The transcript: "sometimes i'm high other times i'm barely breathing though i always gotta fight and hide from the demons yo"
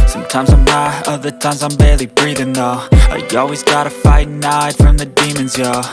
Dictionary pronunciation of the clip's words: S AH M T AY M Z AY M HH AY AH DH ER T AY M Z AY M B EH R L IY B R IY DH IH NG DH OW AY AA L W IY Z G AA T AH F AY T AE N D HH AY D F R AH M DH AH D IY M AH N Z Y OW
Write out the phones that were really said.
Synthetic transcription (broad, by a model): S AH M T AY M Z AY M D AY AH DH ER T AY M Z AY M B EH R L IY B R IY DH IH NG DH OW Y AA L W IY Z G AA T AH F AY T N AY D F R AH M DH AH D IY M AH N Z Y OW